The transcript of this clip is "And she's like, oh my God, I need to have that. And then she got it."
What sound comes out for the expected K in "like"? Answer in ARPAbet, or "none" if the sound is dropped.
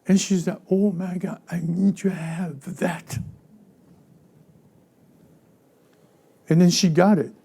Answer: none